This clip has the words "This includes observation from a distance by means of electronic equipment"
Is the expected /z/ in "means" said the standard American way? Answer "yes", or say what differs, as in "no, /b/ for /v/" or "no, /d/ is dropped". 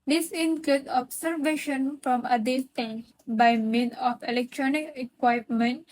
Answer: no, /z/ is dropped